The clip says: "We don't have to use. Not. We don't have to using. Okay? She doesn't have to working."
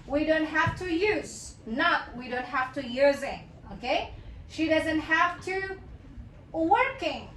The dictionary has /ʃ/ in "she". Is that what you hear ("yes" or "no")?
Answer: yes